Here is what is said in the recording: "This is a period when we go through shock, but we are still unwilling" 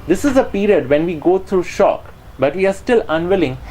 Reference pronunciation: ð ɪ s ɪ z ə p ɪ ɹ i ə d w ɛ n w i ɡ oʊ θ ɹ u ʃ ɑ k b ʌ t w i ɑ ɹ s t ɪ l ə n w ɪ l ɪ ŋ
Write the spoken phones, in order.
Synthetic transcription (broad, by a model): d ɪ s ɪ z ə p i ɹ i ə d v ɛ n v i ɡ oʊ t ɹ u ʃ ɑ k b ʌ t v i ɑ ɹ s t ɪ l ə n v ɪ l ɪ ŋ